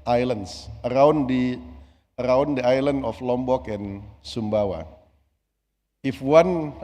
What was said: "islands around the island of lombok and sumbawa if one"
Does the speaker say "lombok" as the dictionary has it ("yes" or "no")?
yes